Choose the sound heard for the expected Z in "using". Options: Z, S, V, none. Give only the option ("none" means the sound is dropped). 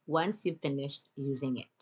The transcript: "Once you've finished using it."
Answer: Z